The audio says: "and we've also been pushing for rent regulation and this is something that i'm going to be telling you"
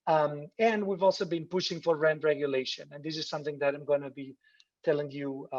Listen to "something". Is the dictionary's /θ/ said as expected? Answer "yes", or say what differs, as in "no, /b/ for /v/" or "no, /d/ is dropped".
yes